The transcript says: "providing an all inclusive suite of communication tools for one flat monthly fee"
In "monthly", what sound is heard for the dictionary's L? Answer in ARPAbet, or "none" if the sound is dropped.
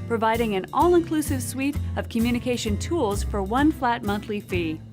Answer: L